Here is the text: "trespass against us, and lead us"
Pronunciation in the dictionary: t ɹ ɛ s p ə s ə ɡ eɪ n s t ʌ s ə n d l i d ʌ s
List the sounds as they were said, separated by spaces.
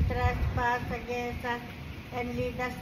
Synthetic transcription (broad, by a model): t ɹ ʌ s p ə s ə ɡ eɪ s ʌ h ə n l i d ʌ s